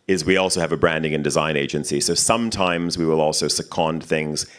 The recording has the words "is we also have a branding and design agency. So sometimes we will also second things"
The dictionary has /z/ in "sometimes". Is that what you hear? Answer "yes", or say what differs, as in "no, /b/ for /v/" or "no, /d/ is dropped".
yes